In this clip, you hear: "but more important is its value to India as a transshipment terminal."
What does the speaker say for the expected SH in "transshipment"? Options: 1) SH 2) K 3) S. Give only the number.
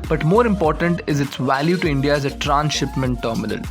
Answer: 1